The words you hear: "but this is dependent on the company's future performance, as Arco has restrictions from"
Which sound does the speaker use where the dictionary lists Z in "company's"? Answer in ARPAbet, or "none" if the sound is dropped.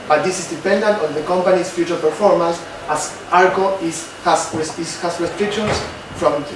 S